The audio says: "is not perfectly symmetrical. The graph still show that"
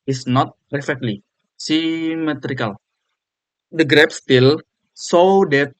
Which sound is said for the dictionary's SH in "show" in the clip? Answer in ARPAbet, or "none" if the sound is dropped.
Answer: S